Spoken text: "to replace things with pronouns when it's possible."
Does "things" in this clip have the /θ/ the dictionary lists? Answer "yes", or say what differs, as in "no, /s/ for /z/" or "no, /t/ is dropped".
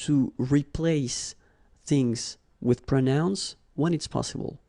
yes